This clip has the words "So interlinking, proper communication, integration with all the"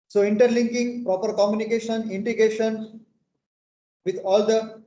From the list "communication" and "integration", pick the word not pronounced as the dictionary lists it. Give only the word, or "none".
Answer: integration